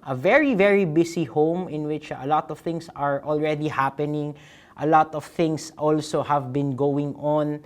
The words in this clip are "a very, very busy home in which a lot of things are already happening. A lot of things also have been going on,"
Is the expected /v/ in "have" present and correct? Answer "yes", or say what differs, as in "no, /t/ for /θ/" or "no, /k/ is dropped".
yes